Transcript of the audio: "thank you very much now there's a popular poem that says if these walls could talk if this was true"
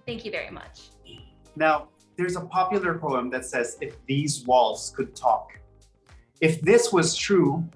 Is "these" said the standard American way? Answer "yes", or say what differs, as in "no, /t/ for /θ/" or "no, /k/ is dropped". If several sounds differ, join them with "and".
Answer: yes